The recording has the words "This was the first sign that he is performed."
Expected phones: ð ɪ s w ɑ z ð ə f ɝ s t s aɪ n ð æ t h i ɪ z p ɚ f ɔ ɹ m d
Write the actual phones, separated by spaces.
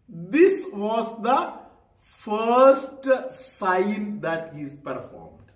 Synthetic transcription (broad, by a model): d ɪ s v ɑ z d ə f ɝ s t s aɪ n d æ t h i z p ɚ f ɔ ɹ m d